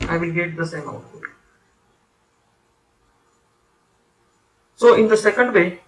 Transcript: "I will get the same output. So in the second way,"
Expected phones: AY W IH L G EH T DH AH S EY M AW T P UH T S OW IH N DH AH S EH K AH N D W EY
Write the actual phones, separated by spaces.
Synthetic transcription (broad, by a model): AY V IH L G EH T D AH S EY M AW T AO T S OW IH N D AH S EH K AH N D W EY